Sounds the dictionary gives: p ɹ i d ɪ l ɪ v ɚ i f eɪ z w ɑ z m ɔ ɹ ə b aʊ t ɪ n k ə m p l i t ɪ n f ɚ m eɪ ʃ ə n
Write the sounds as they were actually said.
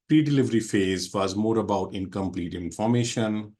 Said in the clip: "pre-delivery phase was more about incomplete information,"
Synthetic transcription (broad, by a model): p ɹ i d ɪ l ɪ v ɚ i f eɪ z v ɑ z m ɔ ɹ ə b aʊ t ɪ n k ə m p l i t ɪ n f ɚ m eɪ ʃ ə n